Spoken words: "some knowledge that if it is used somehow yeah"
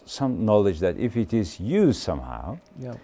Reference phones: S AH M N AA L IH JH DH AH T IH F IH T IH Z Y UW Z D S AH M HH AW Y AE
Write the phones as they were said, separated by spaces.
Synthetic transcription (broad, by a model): S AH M N AA L IH JH DH AH T IH F IH T IH Z Y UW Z S AH M HH AW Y